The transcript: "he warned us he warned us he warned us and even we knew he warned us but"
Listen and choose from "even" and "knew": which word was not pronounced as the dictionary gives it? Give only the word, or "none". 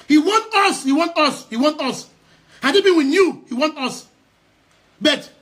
even